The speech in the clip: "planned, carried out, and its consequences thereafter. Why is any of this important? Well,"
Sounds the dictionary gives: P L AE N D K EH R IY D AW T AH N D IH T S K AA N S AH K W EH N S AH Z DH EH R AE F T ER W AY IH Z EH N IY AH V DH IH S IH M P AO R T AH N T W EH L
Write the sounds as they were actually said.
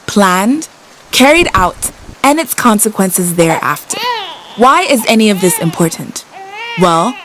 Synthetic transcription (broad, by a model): P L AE N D K EH R IY D AW T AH N IH T S K AA N S AH K W EH N S AH Z DH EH R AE F T ER W AY IH Z EH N IY AH V DH IH S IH M P AO R T N T W EH L